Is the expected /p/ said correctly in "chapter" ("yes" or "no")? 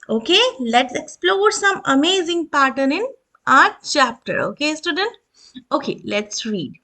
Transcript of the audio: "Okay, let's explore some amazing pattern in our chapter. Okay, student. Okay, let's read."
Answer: yes